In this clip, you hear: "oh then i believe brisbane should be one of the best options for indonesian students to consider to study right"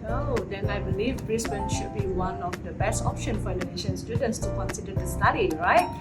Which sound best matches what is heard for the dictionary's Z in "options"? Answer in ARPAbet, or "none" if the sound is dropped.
none